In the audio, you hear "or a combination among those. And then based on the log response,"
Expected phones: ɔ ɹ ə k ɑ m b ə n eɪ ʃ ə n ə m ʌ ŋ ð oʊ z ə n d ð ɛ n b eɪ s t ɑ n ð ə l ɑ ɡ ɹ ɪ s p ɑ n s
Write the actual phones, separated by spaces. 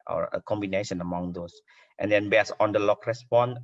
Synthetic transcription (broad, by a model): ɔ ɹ ə k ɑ m b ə n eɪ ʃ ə n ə m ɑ ŋ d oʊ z ə n d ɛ n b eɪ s ɑ n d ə l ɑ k ɹ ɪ s p ɑ n